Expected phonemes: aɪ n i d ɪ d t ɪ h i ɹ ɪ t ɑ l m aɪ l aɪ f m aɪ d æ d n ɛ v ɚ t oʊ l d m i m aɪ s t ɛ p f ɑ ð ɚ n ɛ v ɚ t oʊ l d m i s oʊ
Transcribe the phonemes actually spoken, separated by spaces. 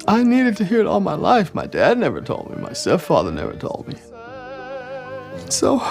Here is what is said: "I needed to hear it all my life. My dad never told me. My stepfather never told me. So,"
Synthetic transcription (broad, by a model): aɪ n i d ɪ d t ɪ h i ɹ ɪ t ɑ l m aɪ l aɪ f m aɪ d æ d n ɛ v ɚ t oʊ l d m i m aɪ s t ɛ f ɑ ð ɚ n ɛ v ɚ t oʊ l d m i s oʊ